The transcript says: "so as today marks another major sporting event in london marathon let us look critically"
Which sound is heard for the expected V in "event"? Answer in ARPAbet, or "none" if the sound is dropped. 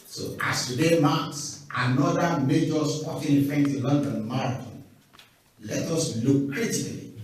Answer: F